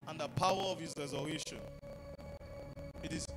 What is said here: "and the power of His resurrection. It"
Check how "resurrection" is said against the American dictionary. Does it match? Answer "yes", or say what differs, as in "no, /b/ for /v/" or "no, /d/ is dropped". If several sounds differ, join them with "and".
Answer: no, /k/ is dropped